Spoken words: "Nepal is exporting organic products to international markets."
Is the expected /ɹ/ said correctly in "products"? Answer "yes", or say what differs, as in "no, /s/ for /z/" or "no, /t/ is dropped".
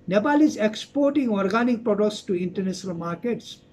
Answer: yes